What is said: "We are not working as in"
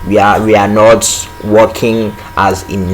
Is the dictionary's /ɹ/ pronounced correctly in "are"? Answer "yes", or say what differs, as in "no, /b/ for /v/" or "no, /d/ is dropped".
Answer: no, /w/ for /ɹ/